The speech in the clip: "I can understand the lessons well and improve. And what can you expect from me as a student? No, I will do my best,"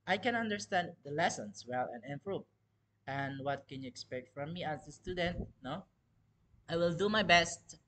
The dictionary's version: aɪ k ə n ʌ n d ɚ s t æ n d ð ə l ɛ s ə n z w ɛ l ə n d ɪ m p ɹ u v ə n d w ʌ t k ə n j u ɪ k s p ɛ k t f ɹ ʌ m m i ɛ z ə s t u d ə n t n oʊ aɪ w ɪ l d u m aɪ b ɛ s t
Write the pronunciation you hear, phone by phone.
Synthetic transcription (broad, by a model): aɪ k ə n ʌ n d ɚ s t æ n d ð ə l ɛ s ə n s w ɛ l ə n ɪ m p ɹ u ə n w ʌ t k ə n j u ɪ k s p ɛ k t f ɹ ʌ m m i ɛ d ə s t u d ə n t n oʊ aɪ w ɪ l d u m aɪ b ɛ s t